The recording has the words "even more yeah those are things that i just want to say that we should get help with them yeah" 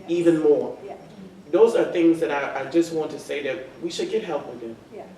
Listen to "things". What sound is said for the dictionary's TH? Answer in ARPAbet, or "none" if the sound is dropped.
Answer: TH